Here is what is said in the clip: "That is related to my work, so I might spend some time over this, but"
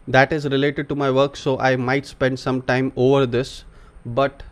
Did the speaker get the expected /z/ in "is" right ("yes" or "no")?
yes